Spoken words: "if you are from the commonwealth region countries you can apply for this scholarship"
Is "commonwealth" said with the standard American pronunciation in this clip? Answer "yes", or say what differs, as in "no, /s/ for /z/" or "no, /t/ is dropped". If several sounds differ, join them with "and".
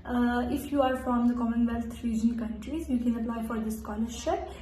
no, /t/ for /θ/